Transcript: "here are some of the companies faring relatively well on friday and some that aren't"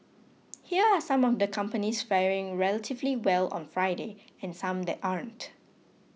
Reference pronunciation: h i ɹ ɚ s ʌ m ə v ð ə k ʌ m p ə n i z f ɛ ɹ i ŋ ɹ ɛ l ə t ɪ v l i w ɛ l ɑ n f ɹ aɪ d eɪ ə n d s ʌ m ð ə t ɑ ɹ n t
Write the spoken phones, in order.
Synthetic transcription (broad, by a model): h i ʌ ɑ s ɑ m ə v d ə k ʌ m p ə n i s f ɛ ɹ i ŋ ɹ ɛ l ə t ɪ v l i w ɛ l ɑ n f ɹ aɪ d eɪ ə n s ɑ m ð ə t ɑ ɹ n t